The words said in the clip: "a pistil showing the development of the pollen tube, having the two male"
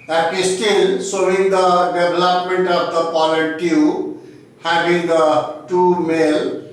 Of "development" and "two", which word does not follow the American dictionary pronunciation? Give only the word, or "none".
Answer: development